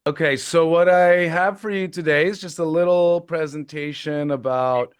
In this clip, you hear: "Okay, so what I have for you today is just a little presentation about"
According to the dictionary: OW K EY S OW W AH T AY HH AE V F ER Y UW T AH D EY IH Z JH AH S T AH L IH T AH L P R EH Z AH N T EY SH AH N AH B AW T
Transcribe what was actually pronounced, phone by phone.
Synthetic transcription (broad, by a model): OW K EY S OW W AH T AY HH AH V F ER Y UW T AH D EY IH Z JH AH S T AH L IH T L P R EH Z AH N T EY SH AH N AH B AW T